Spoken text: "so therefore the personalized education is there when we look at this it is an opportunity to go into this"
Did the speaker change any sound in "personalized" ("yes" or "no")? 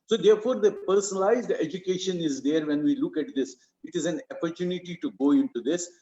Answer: no